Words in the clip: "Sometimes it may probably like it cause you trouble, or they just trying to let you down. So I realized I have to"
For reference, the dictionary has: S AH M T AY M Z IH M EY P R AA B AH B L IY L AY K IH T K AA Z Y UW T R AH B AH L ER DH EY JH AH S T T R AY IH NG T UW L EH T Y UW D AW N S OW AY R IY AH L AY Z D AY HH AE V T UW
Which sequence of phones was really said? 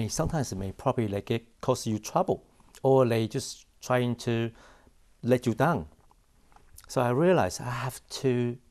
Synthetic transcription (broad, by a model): S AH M T AY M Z IH M EY P R AA B AH B L IY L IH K IH T K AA S Y UW T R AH B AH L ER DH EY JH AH S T T R AY IH NG T UW L EH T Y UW D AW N S OW AY R IY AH L AY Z AY HH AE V T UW